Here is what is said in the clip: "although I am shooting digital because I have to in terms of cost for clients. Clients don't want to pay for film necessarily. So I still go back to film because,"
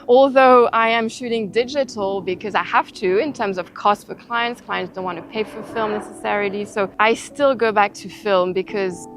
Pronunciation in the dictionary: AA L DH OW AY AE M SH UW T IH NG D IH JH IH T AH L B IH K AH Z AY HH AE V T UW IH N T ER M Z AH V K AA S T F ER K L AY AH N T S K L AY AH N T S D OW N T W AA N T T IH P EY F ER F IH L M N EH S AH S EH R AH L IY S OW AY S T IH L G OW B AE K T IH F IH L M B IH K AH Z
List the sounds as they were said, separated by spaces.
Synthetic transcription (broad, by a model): AA L DH OW AY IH M SH UW T IH NG D IH JH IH T L B IH K AH Z AY HH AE F T UW IH N T ER M Z AH V K AA S T F ER K L AY AH N T S K L AY AH N T S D OW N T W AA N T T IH P EY F ER F IH L M N EH S AH S EH R AH L IY S OW AY S T IH L G OW B AE K T IH F IH L M B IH K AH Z